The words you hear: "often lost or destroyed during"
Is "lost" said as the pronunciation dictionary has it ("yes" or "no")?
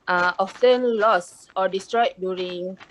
no